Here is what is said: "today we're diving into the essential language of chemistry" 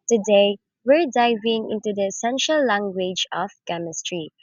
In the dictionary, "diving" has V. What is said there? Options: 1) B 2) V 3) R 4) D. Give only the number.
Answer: 2